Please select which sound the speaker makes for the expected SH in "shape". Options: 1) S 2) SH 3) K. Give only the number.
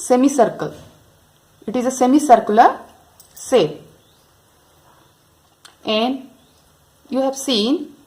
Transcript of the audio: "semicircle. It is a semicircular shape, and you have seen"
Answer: 1